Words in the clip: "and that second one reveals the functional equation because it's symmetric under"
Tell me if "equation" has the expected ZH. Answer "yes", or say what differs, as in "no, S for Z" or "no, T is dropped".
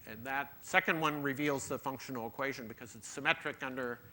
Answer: yes